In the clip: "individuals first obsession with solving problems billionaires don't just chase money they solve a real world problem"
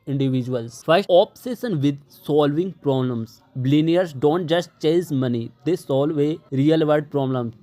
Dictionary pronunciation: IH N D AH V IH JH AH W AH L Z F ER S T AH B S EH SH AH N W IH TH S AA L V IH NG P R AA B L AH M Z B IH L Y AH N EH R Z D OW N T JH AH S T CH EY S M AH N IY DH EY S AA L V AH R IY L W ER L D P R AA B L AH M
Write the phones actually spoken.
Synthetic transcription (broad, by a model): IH N D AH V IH JH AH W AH L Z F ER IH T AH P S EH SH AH N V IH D S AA L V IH NG P R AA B L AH M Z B L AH N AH R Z D OW N T JH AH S T CH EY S M AH N IY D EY S AA L V AH R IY L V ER D P R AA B L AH M